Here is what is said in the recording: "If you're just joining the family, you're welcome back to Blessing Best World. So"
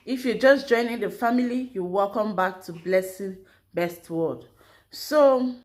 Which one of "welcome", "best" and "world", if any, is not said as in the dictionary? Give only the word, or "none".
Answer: world